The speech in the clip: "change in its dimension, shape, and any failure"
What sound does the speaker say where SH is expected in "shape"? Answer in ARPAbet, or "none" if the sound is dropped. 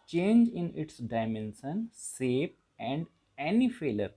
S